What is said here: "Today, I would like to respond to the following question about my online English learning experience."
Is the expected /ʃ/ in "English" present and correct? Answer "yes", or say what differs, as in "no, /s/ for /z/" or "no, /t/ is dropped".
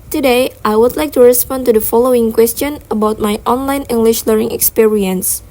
yes